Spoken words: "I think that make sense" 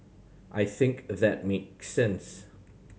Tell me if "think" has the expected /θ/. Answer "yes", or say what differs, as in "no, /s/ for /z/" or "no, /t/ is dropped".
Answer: yes